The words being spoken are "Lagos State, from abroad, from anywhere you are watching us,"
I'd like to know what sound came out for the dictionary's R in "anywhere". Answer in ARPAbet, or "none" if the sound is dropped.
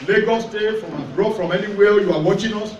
L